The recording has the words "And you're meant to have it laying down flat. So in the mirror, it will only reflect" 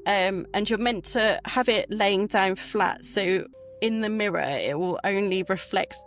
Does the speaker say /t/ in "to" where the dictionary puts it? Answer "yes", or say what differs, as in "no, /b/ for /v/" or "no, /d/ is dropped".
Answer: yes